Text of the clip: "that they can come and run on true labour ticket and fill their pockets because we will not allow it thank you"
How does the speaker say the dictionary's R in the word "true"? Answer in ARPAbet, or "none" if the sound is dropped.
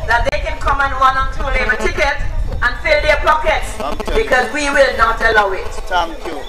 none